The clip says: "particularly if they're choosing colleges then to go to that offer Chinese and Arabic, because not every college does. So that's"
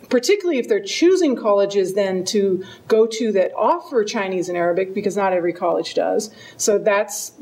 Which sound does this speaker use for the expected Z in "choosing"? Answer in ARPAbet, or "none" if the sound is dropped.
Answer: Z